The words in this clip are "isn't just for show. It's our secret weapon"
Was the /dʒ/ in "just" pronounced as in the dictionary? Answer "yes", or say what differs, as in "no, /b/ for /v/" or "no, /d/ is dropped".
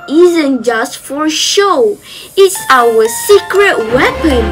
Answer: yes